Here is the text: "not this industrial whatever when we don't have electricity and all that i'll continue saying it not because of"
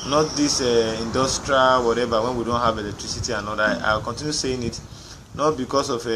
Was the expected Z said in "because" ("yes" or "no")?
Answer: no